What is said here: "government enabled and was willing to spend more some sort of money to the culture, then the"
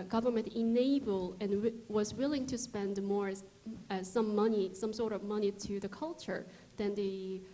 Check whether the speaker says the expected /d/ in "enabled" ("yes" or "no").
no